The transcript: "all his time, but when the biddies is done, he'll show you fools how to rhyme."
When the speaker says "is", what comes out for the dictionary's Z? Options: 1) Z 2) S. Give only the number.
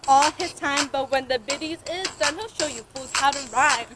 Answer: 1